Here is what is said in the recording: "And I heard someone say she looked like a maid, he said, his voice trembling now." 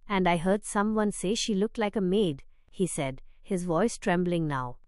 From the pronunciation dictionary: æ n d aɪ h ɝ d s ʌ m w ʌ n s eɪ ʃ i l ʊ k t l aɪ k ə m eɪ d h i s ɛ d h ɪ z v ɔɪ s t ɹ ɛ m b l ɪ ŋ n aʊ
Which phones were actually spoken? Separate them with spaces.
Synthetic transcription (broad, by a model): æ n d aɪ h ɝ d s ʌ m w ʌ n s eɪ ʃ i l ʊ k t l aɪ k ə m eɪ d h i s ɛ d h ɪ z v ɔɪ s t ɹ ɛ m b l ɪ ŋ n aʊ